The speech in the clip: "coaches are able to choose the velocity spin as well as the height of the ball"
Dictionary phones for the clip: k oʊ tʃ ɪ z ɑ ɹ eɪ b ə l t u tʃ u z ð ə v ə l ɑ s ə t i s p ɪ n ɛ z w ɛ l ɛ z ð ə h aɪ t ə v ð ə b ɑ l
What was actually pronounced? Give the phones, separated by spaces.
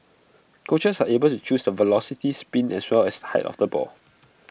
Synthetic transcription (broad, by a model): k oʊ tʃ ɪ s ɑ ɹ eɪ b ə l t u tʃ u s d ə v ə l ɑ s ə t i s p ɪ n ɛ s w ɛ l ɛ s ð ə h aɪ t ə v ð ə b ɑ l